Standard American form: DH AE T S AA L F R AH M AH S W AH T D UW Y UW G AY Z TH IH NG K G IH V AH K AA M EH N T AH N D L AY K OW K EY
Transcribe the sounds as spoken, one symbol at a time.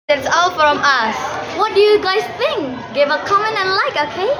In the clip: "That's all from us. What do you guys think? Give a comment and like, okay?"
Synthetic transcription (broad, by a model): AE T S AA L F R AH M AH S W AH T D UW Y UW G AY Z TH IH NG K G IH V AH K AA M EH N AH N L AY K OW K EY